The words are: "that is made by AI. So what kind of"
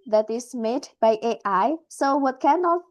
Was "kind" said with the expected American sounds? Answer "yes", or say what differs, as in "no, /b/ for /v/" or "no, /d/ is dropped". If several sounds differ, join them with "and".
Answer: no, /d/ is dropped